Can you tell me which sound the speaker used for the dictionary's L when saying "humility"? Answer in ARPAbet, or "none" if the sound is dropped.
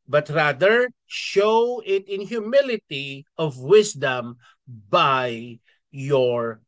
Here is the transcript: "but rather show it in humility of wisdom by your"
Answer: L